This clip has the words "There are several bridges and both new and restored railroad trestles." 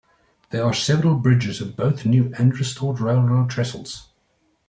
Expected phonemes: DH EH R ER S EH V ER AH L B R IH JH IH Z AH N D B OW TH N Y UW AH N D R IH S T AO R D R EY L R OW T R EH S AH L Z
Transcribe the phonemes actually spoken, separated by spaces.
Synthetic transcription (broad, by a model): DH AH R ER S EH V ER AH L B R IH JH IH Z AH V B OW TH N Y UW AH N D R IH S T AO D R EY L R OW T R EH S AH L Z